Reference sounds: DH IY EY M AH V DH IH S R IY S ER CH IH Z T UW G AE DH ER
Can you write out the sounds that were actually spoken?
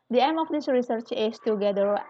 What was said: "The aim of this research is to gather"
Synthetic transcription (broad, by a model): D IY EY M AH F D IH S R IY S ER CH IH S T UW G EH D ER